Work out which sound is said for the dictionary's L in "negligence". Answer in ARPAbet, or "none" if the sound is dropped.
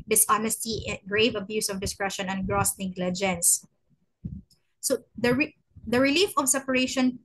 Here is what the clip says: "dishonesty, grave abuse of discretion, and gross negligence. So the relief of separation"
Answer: L